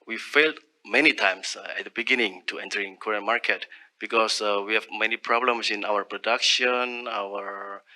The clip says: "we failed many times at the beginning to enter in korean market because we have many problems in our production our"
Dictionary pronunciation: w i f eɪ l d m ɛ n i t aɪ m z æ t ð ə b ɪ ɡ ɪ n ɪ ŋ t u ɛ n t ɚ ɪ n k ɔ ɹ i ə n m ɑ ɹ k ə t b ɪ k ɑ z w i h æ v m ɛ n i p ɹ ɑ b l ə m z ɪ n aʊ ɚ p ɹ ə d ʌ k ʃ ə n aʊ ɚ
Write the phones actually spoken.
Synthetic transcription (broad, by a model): w i f eɪ l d m ɛ n i t aɪ m s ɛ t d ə b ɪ ɡ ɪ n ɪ ŋ t u ɛ n t ɚ ɪ n k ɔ ɹ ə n m ɑ ɹ k ə t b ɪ k ɑ s w i h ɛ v m ɛ n i p ɹ ɑ b l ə m s ɪ n aʊ ɚ p ɹ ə d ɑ k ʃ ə n aʊ ɚ